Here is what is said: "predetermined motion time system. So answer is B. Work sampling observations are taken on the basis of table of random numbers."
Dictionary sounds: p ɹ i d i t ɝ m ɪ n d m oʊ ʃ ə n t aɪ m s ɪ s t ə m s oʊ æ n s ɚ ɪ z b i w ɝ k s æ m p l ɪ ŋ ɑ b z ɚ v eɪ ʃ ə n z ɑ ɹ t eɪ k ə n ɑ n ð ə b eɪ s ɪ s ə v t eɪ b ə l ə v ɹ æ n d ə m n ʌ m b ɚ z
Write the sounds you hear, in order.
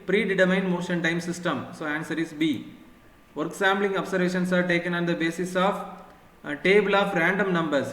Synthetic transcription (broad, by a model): p ɹ i d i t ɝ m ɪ n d m oʊ ʃ ə n t aɪ m s ɪ s t ə m s oʊ æ n s ɚ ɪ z b i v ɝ k s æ m b l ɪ ŋ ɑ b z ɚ v eɪ ʃ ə n s ɑ ɹ t eɪ k ə n ɑ n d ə b eɪ s ɪ s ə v t eɪ b ə l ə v ɹ æ n d ə m n ʌ m b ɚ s